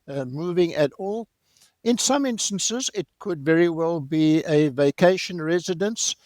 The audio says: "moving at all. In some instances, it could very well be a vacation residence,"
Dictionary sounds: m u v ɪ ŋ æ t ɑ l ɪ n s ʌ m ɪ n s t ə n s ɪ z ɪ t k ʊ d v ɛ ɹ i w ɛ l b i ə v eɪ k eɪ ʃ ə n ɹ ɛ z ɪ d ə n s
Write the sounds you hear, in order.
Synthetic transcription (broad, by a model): m u v ɪ ŋ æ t ɑ l ɪ n s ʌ m ɪ n s t ə n s ɪ z ɪ t k ʊ d v ɛ ɹ i w ɛ l b i ə v eɪ k eɪ ʃ ə n ɹ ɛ z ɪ d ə n s